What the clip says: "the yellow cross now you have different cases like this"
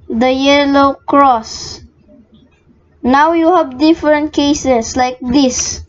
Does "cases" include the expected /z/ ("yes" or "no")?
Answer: no